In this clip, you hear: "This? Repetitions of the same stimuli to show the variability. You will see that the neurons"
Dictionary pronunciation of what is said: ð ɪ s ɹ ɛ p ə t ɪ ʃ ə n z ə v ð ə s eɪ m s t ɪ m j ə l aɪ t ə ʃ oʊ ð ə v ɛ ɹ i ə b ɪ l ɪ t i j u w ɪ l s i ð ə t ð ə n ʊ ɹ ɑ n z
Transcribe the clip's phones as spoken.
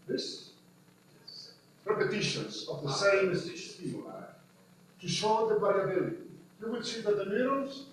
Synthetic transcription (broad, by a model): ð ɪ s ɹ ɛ p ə t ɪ ʃ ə n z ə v ð ə s eɪ m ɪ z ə i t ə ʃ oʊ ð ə b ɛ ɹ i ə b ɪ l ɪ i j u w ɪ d s i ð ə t ð ə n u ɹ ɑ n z